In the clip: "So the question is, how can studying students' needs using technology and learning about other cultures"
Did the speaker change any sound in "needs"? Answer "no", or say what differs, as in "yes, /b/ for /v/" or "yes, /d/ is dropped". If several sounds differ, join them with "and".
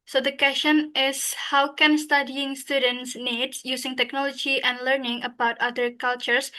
yes, /z/ is dropped